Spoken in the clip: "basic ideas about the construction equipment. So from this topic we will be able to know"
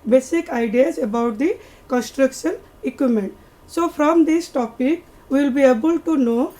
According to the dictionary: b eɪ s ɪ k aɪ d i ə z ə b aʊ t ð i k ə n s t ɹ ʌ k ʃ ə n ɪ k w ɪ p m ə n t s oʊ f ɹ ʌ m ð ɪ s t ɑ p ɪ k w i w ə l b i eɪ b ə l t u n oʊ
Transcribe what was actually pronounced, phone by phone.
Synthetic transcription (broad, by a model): b eɪ s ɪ k aɪ d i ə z ə b aʊ t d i k ə n s t ɹ ʌ k ʃ ə n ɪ k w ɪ m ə n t s oʊ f ɹ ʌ m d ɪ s t ɑ p ɪ k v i l b i eɪ b ə l t u n oʊ